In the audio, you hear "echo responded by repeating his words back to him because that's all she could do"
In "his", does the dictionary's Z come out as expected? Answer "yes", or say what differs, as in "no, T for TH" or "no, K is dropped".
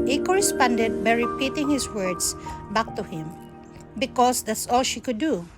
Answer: no, S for Z